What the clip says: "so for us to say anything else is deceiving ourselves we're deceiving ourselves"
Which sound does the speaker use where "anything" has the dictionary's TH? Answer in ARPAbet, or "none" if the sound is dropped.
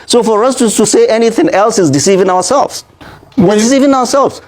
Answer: TH